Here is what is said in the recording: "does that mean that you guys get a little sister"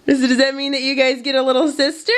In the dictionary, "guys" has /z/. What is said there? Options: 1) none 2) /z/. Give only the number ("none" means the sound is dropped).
2